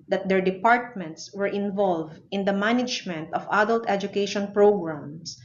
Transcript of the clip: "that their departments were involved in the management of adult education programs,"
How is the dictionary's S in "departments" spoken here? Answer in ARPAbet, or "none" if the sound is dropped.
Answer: S